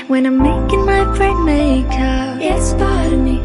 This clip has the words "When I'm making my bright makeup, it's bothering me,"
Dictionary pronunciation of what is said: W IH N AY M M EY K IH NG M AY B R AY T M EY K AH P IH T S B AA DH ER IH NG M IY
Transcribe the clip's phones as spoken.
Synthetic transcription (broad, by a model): W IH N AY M M EY K IH NG M AY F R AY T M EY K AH IH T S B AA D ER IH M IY